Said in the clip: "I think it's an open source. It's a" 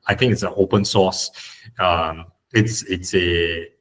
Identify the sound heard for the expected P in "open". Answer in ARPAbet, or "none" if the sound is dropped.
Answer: P